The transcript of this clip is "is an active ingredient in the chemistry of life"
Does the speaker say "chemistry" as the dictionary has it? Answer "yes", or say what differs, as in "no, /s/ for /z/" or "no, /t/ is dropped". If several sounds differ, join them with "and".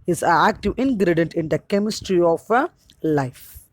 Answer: yes